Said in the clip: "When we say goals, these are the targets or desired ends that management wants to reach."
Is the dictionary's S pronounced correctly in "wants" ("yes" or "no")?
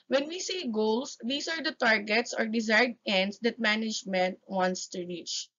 yes